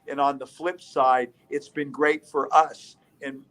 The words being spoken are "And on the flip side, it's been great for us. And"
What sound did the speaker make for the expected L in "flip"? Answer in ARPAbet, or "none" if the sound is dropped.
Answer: L